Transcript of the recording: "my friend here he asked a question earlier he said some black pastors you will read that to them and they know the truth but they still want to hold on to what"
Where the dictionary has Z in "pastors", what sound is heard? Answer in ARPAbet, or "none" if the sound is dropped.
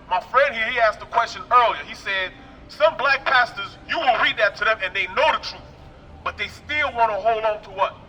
Z